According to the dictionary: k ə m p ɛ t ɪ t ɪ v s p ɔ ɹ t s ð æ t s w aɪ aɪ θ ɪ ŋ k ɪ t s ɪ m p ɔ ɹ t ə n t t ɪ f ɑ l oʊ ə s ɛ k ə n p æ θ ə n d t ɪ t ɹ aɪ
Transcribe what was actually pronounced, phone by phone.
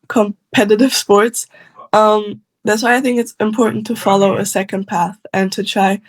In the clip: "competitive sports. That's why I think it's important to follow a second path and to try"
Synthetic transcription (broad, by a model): k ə m p ɛ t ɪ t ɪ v s p ɔ ɹ t s ð æ t s w aɪ aɪ θ ɪ ŋ k ɪ t s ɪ m p ɔ ɹ t n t t ɪ f ɑ l oʊ ə s ɛ k ə n p æ θ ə n t ɪ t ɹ aɪ